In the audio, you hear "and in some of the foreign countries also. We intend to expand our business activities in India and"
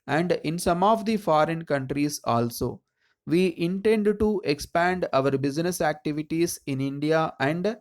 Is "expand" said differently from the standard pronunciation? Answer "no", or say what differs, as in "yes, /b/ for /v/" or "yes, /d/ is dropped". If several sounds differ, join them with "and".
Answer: no